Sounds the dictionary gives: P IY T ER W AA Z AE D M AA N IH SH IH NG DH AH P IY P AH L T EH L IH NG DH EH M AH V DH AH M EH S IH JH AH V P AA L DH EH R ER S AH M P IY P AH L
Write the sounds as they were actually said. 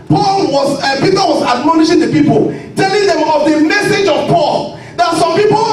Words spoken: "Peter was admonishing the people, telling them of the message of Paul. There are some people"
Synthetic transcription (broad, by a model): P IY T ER W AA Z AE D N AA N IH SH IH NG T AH P IY P AH L T EH L IH NG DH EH M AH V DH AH M EH S IH JH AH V P AA L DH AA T S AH M P IY P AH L